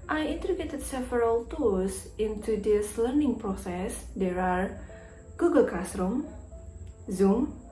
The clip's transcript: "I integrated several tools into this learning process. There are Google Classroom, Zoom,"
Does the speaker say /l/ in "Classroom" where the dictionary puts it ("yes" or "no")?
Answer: no